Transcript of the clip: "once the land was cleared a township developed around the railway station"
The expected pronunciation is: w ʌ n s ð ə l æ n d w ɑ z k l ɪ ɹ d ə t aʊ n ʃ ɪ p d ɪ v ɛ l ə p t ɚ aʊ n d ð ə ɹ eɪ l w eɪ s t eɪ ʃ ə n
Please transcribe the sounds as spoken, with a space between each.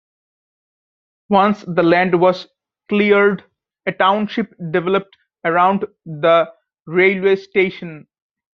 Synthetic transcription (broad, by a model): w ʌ n s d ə l æ n d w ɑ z k l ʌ ɹ d ə t aʊ n ʃ ɪ p d ɪ v ɛ l ə p t ɚ aʊ n d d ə ɹ eɪ l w eɪ s t eɪ ʃ ə n